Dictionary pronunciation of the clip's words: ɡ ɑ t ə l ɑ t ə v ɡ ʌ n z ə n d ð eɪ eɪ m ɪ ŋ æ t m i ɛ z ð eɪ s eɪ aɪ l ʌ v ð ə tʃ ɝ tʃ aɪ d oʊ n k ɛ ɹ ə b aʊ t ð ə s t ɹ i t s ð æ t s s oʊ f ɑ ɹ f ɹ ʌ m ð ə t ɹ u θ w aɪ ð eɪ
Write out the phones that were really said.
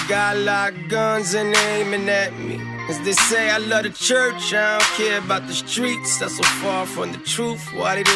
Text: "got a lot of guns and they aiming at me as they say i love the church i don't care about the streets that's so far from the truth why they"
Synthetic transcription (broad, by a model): ɡ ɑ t l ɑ ə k ɡ ʌ n z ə n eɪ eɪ m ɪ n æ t m i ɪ z ð eɪ s eɪ aɪ l ʌ v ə tʃ ɝ tʃ aɪ d oʊ n k ɛ ɹ ə b aʊ t ð ə s t ɹ i t s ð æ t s s oʊ f ɑ ɹ f ɹ ʌ m ð ə t ɹ u θ w aɪ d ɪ